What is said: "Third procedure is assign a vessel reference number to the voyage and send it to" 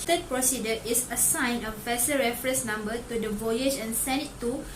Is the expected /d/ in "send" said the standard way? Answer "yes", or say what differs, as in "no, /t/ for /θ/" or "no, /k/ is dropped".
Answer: no, /d/ is dropped